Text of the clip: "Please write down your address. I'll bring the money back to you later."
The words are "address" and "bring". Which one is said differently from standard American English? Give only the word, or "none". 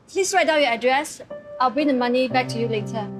none